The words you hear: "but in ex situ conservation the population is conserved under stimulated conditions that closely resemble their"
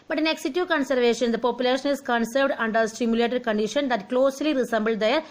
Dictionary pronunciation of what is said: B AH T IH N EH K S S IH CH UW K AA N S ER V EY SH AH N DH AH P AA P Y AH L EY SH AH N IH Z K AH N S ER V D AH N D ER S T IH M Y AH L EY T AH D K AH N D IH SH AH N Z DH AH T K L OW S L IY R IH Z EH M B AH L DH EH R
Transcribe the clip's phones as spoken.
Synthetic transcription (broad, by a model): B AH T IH N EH K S S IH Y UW K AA N S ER V EY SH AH N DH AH P AA P Y AH L EY SH AH N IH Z K AH N S ER V D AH N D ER S T IH M Y AH L EY T AH D K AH N D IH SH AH N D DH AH T K L OW S L IY R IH S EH M B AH L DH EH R